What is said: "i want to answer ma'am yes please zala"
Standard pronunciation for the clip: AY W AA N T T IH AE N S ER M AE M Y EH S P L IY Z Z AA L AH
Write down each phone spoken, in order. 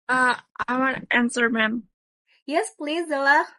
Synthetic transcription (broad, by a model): AY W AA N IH AE N S ER M AE M Y EH S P L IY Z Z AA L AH